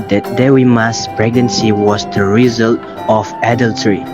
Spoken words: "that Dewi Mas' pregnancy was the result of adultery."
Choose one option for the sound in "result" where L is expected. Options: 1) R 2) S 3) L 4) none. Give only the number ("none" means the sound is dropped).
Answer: 3